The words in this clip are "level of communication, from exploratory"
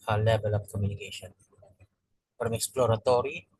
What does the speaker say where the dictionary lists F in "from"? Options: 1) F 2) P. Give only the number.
2